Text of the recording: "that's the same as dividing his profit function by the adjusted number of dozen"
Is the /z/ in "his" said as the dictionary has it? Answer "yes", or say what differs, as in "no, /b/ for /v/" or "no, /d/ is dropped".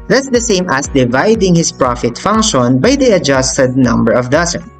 no, /s/ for /z/